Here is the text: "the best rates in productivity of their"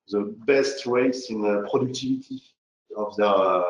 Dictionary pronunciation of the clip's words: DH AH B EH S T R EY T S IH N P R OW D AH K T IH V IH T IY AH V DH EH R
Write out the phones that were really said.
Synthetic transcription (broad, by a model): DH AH B EH S T W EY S IH N P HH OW D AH K T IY V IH T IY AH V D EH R